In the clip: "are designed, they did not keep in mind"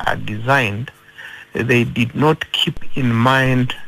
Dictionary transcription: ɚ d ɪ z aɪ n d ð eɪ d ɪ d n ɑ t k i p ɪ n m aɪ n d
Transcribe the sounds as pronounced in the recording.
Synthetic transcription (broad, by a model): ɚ d ɪ z aɪ n d ð eɪ d ɪ d n ɑ t k i p ɪ n m aɪ n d